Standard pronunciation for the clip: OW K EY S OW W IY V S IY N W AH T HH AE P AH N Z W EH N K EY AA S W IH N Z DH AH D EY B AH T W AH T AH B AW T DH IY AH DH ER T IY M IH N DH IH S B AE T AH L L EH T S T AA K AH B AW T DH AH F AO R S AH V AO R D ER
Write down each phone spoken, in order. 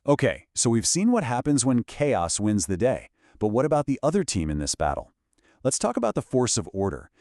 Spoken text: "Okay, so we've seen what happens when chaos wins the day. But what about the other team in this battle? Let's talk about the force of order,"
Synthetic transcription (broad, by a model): OW K EY S OW W IY V S IY N W AH T HH AE P AH N Z W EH N K EY AA S W IH N Z DH AH D EY B AH T W AH T AH B AW T DH IY AH DH ER T IY M IH N DH IH S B AE T L L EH T S T AA K AH B AW T DH AH F AO R S AH V AO R D ER